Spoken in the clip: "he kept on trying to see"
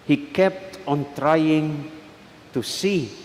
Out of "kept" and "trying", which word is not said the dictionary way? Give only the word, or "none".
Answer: none